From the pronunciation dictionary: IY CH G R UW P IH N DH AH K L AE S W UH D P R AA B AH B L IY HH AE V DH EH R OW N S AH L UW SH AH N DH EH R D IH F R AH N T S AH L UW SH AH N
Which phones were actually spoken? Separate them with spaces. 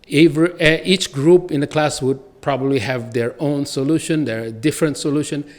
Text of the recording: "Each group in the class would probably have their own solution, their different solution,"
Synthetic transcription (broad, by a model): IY CH G R UW P IH N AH K L AE S W UH D P R AA B AH B L IY HH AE V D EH R OW N S AH L UW SH AH N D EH R D IH F R AH N T S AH L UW SH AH N